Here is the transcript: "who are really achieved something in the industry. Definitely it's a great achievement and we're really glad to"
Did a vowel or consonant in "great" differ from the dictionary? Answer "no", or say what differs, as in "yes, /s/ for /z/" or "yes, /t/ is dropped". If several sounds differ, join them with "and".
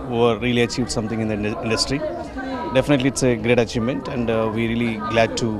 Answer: no